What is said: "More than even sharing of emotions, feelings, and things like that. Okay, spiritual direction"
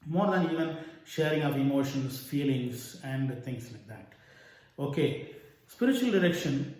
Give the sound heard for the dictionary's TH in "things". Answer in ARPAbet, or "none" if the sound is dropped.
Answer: T